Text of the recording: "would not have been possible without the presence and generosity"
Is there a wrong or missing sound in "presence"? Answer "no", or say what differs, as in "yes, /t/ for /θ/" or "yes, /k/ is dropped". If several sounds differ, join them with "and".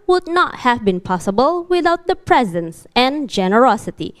no